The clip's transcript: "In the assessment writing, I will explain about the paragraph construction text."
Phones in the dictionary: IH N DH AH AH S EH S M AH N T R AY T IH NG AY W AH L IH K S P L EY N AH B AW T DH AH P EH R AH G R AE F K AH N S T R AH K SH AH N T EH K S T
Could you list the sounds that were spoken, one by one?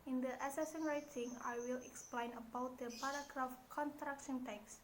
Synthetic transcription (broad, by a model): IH N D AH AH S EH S AH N R AY T IH NG AY W AH L IH K S P L EY N AH B AW T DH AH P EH R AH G R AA F K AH N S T R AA K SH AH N T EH K S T